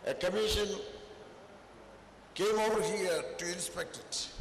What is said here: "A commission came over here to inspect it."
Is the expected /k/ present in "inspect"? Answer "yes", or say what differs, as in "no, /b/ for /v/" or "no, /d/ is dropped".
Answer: yes